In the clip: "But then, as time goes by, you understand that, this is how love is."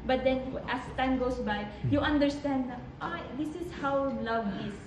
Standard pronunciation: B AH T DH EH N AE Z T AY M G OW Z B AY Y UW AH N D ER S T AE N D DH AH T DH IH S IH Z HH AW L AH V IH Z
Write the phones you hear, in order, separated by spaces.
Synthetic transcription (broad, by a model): B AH T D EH N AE S T AY M G OW S B AY Y UW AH N D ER S T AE N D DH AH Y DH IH S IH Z HH AW L AH V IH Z